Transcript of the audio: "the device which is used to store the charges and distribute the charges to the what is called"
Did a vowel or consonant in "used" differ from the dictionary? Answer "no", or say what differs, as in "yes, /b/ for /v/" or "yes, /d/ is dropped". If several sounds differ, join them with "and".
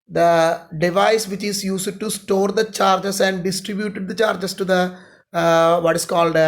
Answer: yes, /s/ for /z/